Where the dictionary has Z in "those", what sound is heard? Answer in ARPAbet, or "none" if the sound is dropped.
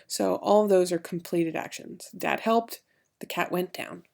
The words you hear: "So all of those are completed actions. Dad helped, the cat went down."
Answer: Z